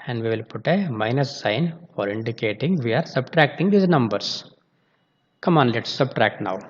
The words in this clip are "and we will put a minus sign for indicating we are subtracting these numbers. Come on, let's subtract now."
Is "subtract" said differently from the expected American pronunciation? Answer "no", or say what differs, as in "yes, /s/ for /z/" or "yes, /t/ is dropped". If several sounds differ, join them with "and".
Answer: no